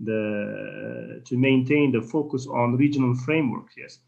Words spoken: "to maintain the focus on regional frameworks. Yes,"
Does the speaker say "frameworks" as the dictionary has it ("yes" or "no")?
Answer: no